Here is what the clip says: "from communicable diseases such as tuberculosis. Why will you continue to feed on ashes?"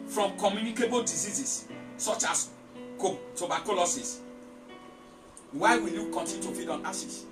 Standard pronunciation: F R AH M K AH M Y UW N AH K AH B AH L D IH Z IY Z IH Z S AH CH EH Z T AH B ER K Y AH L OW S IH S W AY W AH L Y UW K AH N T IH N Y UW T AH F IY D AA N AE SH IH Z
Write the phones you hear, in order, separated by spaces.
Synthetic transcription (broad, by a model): F R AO M K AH M Y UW N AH K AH B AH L D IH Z IY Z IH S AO CH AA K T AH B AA K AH L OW S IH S W AY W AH N Y UW K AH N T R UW T AH F IY D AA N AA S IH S